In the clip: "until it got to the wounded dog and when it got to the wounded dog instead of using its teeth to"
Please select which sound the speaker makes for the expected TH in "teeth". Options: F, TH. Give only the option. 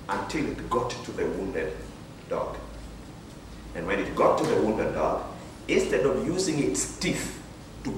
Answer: F